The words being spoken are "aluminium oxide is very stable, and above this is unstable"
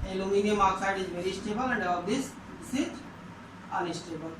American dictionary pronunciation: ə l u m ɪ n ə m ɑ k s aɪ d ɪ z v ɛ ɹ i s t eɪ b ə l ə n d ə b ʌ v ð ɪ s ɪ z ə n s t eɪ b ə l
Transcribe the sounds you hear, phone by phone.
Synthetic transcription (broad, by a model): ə l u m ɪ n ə m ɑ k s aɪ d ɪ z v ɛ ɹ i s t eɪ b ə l ə n d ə ʌ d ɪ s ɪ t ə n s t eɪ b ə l